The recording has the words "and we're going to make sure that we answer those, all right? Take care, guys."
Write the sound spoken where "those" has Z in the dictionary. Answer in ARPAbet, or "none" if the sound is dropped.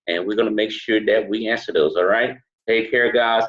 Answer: Z